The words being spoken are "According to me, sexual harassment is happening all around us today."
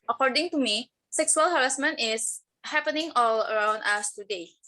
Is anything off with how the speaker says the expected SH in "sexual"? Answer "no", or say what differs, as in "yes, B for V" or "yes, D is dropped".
yes, S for SH